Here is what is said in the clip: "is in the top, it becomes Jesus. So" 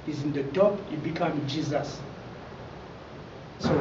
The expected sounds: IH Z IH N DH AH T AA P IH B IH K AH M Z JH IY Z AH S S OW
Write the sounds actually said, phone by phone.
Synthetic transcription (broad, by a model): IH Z IH N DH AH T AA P IH B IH K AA M JH IY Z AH S S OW